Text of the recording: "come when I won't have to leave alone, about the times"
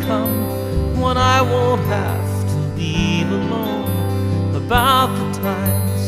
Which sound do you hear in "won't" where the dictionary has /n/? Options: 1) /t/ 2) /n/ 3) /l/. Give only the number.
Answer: 3